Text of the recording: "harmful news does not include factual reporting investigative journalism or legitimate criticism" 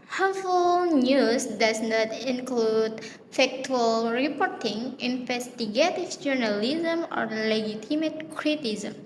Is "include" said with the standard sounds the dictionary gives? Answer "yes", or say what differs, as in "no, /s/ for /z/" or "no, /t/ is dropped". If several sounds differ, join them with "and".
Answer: yes